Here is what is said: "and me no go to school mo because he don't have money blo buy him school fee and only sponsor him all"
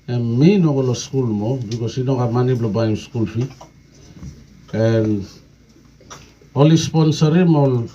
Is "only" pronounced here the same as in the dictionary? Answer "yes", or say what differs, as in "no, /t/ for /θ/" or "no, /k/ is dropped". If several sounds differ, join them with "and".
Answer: no, /n/ is dropped